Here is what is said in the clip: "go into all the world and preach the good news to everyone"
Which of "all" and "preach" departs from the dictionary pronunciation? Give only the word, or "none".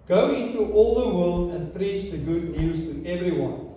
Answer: none